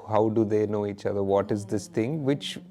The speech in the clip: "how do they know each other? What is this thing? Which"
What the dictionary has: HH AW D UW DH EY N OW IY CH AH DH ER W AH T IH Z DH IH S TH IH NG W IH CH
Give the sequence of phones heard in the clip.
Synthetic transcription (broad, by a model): HH AW D UW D EY N OW IY CH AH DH ER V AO T IH Z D IH S T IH NG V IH CH